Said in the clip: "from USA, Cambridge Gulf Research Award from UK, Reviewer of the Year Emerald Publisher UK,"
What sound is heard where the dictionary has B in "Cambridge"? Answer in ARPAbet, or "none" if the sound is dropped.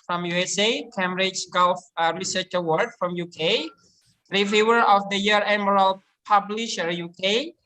none